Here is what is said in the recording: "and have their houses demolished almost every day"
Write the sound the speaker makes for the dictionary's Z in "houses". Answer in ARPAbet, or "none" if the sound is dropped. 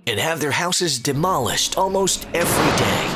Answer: Z